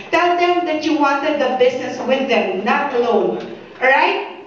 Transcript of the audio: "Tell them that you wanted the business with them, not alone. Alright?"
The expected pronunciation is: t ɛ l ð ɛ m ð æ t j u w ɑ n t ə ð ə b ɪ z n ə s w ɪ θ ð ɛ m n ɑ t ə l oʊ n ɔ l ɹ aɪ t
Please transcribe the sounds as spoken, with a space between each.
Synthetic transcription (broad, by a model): t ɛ l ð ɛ m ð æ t j u w ɑ n t ə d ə b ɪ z n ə s w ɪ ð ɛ m n ɑ t l oʊ ʊ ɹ aɪ t